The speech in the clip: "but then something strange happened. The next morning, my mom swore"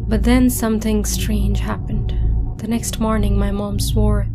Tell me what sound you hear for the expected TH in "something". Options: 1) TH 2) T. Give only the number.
1